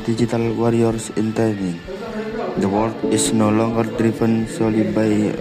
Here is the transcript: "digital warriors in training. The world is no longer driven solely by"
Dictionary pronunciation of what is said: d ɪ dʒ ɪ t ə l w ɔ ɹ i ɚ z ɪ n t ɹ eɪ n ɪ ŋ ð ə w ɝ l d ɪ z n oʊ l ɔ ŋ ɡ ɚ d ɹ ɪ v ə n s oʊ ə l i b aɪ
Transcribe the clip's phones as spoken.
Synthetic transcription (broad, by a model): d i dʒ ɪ t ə l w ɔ ɹ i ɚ s ɪ n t eɪ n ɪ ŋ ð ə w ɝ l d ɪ s n oʊ l ɔ ŋ ɡ ɚ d ɹ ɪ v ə n s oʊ l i b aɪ